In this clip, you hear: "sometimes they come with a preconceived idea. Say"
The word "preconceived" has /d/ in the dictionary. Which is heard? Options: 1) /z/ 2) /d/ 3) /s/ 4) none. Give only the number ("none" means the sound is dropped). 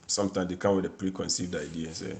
2